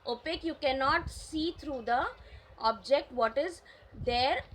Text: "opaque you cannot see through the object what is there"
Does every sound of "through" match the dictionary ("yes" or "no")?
no